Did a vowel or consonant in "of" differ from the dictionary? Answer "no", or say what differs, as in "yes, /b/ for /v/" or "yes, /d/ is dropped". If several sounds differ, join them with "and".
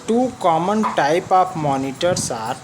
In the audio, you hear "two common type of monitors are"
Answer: yes, /p/ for /v/